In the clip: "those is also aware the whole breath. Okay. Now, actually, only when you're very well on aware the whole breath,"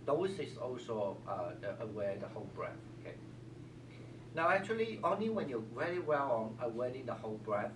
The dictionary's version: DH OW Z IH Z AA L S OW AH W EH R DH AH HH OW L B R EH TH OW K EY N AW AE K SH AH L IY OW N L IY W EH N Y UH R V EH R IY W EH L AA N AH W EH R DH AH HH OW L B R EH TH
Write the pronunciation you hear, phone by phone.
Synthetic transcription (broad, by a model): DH OW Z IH S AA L S OW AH W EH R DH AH HH OW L B R EH TH OW K EY N AW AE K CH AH L IY OW N L IY W EH N Y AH V EH R IY W EH L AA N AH W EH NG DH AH HH OW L B R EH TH